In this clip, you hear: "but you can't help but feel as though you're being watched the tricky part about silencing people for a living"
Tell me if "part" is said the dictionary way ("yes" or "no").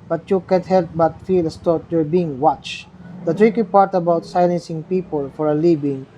yes